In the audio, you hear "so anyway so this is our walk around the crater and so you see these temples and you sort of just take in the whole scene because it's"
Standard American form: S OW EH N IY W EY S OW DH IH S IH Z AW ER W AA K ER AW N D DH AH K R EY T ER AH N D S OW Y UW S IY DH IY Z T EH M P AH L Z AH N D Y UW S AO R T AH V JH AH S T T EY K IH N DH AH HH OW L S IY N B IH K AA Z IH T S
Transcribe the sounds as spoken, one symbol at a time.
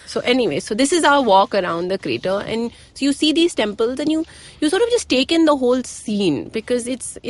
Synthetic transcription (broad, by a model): S OW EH N IY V EY S OW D IH S IH Z AW ER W AA K ER AW N D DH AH K R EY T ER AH N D S OW Y UW S IY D IY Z T EH M P AH L Z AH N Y Y UW S AO R T AH V JH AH S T T EY K IH N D AH HH OW L S IY N B IH K AA Z IH T S